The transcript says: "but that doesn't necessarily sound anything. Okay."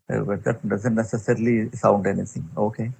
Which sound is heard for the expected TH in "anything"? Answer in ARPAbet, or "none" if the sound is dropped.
S